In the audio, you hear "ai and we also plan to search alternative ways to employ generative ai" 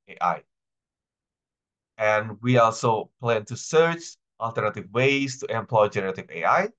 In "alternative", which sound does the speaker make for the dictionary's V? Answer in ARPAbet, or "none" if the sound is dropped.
V